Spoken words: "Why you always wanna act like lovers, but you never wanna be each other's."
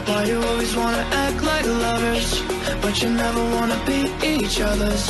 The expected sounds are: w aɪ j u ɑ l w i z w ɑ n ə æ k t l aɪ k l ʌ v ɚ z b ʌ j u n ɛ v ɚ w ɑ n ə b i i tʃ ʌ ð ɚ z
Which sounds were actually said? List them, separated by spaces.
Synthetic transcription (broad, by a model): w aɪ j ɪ ɑ l w i z w ɑ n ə æ k t l aɪ k l ʌ v ɚ z b ʌ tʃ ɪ n ɛ v ɚ w ɑ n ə b i i tʃ ʌ ð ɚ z